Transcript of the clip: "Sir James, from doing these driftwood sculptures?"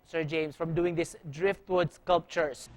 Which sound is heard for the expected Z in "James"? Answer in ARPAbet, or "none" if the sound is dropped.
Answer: S